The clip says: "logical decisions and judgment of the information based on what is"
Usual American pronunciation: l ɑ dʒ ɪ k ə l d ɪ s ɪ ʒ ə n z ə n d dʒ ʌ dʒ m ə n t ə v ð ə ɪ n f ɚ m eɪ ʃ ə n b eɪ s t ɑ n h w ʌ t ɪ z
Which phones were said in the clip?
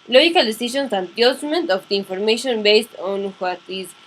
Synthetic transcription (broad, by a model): l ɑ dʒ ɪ k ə l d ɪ s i ʃ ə n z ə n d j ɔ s m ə n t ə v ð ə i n f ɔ m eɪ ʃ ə n b eɪ s t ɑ n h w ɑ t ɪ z